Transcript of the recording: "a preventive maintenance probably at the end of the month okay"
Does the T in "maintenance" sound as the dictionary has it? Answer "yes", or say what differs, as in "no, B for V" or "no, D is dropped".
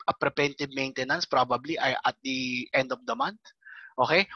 yes